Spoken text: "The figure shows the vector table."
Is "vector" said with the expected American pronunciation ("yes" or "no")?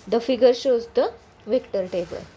yes